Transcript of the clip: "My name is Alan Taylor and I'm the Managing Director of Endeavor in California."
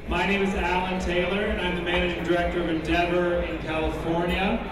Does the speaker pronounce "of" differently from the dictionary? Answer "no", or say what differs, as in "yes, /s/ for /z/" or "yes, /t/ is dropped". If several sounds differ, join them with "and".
no